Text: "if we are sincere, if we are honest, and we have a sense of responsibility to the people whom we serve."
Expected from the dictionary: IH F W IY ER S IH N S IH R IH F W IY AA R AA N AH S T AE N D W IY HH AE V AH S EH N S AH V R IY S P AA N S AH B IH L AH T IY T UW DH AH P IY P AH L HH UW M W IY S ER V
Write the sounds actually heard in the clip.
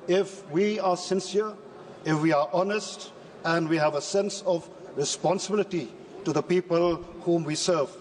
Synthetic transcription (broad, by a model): IH F W IY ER S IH N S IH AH IH F W IY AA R AA N AH S T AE N D W IY HH AE V AH S EH N S AH V R IY S P AA N S AH B IH L AH T IY T UW DH AH P IY P AH L HH UW M W IY S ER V